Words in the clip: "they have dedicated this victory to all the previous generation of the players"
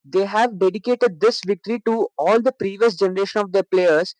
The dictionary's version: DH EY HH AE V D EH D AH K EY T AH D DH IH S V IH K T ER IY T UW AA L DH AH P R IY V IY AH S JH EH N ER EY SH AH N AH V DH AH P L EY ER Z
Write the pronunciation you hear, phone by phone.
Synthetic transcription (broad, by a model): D EY HH AE V D EH D AH K EY T AH D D IH S V IH K T ER IY T UW AA L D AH P R IY V IY AH S JH EH N ER EY SH AH N AH V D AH P L EY ER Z